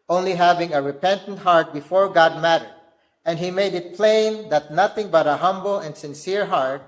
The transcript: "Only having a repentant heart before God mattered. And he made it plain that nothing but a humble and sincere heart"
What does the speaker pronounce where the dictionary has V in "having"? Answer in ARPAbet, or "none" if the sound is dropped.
V